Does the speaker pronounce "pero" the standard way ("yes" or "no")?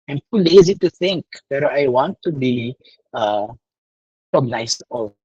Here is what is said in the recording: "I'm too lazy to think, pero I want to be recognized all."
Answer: no